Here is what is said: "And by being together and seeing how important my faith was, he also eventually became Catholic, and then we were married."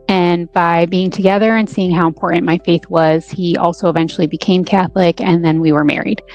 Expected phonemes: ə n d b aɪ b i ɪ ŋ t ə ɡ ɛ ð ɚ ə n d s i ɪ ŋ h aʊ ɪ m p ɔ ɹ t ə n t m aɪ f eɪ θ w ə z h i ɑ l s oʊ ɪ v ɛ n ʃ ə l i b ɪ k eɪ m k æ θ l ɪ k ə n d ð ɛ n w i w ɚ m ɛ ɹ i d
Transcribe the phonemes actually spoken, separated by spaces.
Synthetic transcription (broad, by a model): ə n b aɪ b i ɪ ŋ t ə ɡ ɛ ð ɚ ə n s i ɪ ŋ h aʊ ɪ m p ɔ ɹ t n m aɪ f eɪ θ w ə z h i ɑ l s oʊ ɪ v ɛ n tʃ l i b ɪ k eɪ m k æ θ l ɪ k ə n ð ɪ n w i w ɚ m ɛ ɹ i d